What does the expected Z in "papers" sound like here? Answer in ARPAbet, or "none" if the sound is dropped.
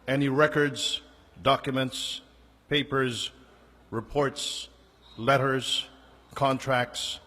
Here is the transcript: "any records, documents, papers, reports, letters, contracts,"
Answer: Z